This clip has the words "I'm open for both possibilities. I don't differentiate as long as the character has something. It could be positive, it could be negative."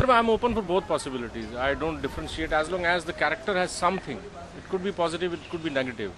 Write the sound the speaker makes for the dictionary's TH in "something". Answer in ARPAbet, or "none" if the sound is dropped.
T